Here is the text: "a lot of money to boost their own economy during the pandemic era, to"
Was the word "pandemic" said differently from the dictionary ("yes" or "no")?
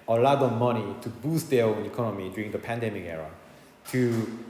no